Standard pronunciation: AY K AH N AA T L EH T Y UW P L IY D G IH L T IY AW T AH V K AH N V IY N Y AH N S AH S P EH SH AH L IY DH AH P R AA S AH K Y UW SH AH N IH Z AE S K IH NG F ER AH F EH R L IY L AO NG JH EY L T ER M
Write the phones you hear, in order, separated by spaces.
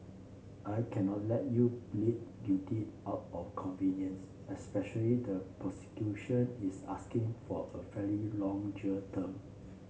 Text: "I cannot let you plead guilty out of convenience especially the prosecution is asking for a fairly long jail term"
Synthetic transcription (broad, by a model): AY K AH N AA T L EH T Y UW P L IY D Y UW T IY AW T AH F K AH N V IY N Y AH N S AH S P EH SH AH L IY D AH P R AA S AH K Y UW SH AH N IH S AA S K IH NG F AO AH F EH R IY L AO NG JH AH T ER M